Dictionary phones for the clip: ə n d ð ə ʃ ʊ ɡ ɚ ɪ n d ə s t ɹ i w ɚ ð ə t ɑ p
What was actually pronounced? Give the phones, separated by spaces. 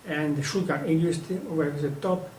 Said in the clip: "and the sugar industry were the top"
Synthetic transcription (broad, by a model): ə n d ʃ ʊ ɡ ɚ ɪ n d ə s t i w ɚ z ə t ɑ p